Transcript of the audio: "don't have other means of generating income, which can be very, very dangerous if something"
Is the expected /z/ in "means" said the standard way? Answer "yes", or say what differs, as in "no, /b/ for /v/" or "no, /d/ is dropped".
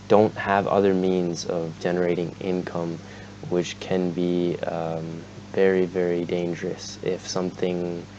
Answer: yes